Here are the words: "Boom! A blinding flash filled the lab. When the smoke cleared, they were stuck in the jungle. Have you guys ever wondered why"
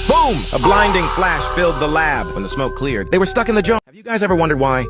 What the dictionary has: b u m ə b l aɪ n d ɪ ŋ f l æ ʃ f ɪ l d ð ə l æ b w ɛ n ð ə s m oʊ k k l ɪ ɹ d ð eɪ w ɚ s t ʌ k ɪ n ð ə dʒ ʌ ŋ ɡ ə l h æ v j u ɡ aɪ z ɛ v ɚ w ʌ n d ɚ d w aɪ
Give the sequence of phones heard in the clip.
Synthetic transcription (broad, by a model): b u m ə b l aɪ n d ɪ ŋ f l æ ʃ f ɪ l d ð ə l æ b w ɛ n ð ə s m oʊ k k l ɪ ɹ d ð eɪ w ɚ s t ʌ k ɪ n ð ə dʒ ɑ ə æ v j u ɡ aɪ z ɛ v ɚ w ʌ n d ɚ d w aɪ